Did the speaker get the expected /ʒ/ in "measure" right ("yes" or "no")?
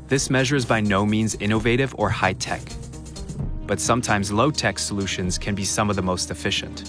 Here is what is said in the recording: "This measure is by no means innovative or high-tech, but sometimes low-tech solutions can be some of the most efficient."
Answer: yes